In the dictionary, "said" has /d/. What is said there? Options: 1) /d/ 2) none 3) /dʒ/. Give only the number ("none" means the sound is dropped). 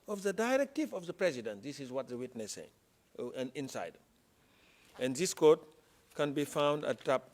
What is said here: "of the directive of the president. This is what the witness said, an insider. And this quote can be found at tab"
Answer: 2